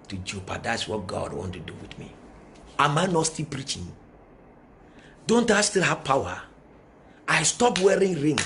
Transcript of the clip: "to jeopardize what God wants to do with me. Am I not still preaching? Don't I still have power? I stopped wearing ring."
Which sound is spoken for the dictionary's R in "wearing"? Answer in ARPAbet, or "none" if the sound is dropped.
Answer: R